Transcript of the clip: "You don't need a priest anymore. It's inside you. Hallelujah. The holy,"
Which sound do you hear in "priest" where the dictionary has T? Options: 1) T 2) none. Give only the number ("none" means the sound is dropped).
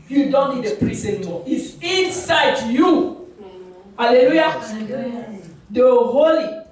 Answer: 2